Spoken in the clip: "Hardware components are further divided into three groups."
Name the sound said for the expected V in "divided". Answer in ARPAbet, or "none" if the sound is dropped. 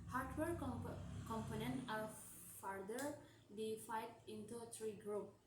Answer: F